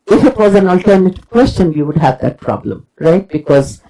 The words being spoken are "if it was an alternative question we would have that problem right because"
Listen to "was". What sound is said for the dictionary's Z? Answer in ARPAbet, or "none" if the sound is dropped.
Z